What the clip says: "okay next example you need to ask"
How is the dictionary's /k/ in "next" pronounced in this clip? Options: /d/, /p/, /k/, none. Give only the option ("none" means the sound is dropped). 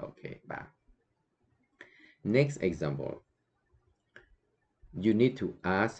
/k/